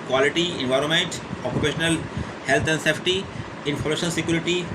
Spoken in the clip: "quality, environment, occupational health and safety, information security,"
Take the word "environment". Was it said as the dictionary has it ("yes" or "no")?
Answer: yes